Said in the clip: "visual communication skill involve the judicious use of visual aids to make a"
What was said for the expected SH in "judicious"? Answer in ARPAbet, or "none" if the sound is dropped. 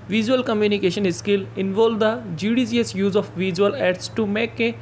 S